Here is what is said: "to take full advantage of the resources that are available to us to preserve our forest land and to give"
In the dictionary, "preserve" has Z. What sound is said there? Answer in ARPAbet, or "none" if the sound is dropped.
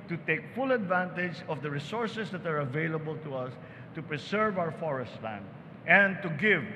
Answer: S